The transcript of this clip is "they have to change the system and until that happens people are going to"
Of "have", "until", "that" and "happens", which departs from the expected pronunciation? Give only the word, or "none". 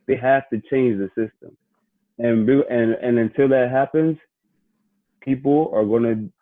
have